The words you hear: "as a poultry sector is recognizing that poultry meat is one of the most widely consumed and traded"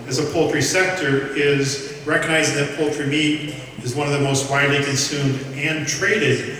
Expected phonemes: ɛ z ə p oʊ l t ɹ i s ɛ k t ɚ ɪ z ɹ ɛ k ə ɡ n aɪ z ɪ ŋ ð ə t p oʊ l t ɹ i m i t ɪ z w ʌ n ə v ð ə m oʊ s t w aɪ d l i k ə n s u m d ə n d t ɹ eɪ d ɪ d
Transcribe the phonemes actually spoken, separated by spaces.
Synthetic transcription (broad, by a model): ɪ z ə p oʊ l t ɹ i s ɛ k t ɚ ɪ z ɹ ɛ k ə ɡ n aɪ z ɪ ŋ ð ə t p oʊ l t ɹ i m i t ɪ z w ʌ n ə v ð ə m oʊ s t w aɪ d l i k ə n s u m d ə n t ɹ eɪ d ɪ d